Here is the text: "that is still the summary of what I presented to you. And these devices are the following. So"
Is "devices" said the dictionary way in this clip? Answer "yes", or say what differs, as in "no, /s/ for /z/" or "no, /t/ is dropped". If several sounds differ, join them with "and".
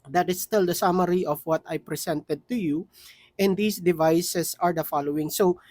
no, /s/ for /z/